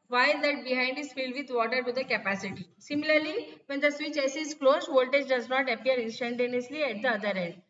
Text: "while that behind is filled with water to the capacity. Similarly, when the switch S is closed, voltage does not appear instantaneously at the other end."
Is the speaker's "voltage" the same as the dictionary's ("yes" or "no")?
yes